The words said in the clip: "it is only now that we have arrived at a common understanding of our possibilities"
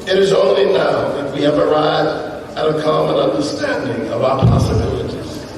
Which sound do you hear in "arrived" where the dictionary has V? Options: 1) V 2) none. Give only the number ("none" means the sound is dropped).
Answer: 2